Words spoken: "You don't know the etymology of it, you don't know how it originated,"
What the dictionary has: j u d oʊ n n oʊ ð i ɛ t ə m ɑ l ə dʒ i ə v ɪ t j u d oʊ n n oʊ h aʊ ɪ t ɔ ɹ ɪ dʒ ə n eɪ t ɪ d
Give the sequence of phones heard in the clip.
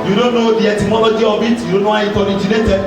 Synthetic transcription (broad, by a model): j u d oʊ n n oʊ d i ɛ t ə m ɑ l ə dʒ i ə b ɪ t j u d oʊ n n oʊ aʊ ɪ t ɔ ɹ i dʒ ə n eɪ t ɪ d